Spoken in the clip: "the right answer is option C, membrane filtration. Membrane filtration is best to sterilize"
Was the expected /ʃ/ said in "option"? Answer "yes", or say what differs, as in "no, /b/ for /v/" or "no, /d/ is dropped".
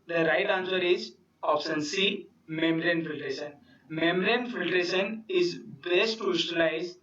no, /s/ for /ʃ/